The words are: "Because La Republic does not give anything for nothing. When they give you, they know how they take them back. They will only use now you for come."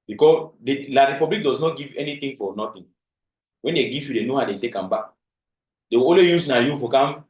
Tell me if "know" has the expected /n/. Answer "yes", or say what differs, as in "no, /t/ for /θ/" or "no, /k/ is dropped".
yes